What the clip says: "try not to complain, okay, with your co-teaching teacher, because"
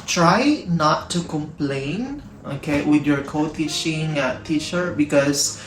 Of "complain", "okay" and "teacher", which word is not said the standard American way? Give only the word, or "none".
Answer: teacher